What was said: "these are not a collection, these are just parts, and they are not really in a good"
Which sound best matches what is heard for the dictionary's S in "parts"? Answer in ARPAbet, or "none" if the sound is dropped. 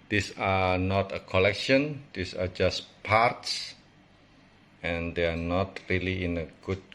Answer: S